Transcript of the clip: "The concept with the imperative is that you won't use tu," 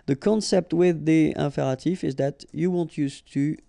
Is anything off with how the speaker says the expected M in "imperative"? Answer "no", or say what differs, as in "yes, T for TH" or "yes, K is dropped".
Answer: yes, M is dropped